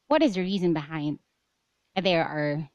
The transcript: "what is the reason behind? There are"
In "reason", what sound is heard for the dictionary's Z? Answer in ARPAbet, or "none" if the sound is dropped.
Z